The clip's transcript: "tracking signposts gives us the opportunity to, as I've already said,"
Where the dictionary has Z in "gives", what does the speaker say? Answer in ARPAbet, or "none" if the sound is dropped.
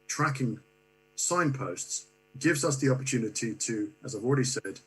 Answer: Z